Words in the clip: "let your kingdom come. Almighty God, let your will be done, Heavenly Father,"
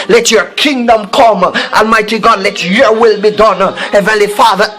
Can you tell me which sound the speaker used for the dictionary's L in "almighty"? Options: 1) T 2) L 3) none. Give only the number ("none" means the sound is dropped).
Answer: 2